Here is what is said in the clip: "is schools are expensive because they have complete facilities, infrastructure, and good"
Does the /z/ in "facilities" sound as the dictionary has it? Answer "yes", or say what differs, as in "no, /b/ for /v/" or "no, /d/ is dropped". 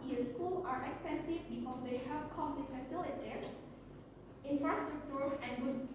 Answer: no, /z/ is dropped